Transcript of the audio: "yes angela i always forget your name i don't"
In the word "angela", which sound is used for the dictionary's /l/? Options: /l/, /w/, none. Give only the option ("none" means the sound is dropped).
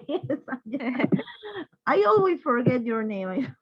none